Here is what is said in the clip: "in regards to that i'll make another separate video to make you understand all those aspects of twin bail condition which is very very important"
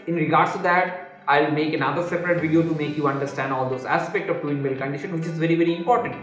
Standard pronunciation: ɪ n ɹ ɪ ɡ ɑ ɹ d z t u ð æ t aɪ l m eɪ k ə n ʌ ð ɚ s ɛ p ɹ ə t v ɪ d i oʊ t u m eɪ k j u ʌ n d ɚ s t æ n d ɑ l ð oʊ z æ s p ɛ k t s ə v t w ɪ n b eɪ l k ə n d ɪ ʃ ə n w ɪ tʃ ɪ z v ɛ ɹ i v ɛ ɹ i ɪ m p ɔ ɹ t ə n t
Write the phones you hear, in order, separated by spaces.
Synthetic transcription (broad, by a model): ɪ n ɹ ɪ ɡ ɑ ɹ d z t u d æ t aɪ l m eɪ k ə n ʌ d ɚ s ɛ p ɹ ə t v ɪ d i oʊ t u m eɪ k j u ʌ n d ɚ s t æ n d ɑ l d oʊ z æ s p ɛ k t ə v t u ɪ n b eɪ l k ə n d ɪ ʃ ə n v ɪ tʃ ɪ z v ɛ ɹ i v ɛ ɹ i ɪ m p ɔ ɹ t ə n t